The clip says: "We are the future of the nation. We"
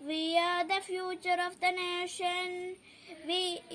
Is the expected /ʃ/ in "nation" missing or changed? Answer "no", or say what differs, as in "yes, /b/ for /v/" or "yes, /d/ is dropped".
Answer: no